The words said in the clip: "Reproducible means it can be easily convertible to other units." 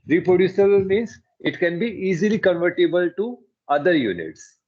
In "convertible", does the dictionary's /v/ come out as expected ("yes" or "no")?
yes